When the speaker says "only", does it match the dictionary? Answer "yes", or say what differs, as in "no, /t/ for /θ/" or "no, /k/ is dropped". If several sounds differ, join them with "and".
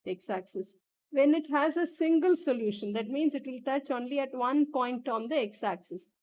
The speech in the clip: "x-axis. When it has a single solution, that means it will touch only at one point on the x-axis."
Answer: yes